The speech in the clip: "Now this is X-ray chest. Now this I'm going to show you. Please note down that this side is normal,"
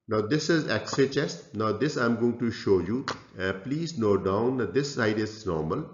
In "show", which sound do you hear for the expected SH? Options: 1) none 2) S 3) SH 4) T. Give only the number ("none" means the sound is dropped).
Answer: 3